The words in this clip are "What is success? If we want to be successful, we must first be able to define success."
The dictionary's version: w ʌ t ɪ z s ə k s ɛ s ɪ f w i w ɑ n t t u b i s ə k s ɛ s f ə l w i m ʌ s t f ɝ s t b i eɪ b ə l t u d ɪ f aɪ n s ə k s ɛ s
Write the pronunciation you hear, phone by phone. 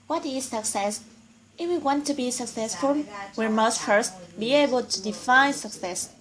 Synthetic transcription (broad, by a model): w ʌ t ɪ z s ə k s ɛ s ɪ f w i w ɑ n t t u b i s ə k s ɛ s f ə l w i m ʌ s t f ɝ s t b i eɪ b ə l t u d ɪ f aɪ n s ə k s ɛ s